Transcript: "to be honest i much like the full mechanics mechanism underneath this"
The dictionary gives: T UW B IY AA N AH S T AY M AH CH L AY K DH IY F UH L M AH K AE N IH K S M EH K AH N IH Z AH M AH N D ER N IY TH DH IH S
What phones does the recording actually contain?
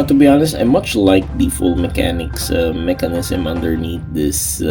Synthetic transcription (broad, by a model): T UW B IY AA N AH S T AY M AH CH L AY K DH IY F UH L M AH K AE N IH K S M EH K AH N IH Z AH M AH N D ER N IY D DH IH S